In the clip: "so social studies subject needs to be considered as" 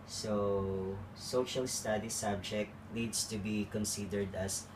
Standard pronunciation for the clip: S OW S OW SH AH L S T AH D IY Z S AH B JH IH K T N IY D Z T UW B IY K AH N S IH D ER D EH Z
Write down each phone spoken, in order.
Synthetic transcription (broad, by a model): S OW S OW SH AH L S T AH D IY S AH B JH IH K T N IY D S T UW B IY K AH N S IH D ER D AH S